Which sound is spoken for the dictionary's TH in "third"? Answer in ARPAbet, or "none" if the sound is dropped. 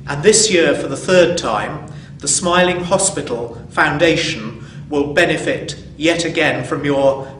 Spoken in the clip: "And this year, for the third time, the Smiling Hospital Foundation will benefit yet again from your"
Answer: TH